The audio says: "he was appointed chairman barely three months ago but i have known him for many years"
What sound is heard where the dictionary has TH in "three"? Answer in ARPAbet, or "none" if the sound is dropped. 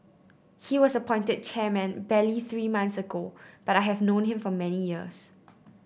TH